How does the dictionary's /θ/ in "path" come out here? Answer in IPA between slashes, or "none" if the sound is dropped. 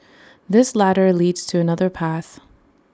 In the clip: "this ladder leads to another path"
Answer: /θ/